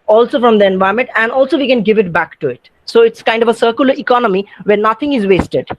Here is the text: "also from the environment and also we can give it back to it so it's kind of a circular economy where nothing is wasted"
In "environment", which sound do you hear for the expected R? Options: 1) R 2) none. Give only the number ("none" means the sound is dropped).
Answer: 2